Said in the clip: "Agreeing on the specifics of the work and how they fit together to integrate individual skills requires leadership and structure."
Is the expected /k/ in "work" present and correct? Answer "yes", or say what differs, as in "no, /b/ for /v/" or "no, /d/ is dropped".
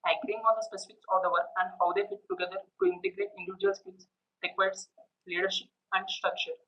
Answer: no, /k/ is dropped